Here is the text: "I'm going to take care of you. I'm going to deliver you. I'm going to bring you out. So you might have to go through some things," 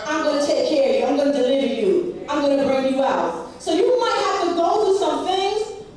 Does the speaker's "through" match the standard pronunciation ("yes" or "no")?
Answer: no